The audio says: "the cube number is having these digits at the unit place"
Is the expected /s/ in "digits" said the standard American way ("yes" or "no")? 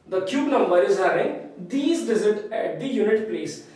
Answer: no